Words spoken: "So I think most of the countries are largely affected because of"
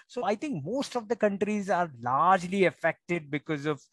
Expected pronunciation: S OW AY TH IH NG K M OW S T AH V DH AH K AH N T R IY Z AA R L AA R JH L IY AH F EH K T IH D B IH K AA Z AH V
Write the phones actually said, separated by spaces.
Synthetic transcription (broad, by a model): S OW AY T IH NG K M OW S T AH V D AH K AH N T R IY Z AA R L AA R JH L IY AH F EH K T IH D B IH K AA Z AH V